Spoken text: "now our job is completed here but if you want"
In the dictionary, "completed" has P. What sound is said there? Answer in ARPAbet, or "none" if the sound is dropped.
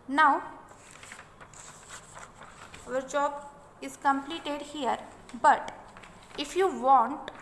P